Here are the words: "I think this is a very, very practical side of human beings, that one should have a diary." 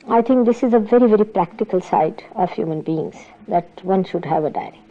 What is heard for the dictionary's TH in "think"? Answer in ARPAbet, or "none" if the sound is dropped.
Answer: T